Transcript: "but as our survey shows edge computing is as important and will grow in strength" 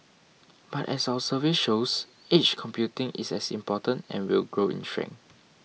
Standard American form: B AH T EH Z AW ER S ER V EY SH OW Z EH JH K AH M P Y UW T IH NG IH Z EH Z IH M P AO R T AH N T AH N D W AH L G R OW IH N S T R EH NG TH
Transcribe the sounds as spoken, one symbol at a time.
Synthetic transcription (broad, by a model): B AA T EH S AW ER S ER V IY SH OW S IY CH K AH M P Y UW T IH NG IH S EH S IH M P AO T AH N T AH N W AH L G R OW IH N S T R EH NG